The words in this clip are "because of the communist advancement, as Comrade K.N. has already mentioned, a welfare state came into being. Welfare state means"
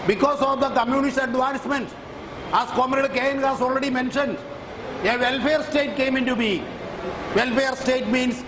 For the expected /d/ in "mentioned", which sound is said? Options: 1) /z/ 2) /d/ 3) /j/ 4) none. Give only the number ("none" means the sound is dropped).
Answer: 2